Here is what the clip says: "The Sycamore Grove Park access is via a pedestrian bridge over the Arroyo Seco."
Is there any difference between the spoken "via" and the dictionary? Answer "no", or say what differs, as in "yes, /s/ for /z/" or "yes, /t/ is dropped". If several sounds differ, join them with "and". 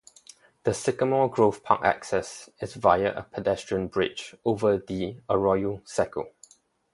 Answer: no